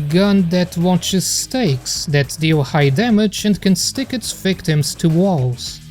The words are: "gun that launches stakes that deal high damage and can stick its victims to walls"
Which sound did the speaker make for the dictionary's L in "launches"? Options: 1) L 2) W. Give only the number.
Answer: 2